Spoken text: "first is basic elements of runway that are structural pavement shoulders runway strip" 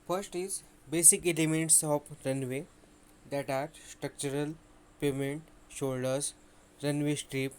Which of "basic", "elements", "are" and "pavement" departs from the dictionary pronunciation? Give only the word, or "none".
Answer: pavement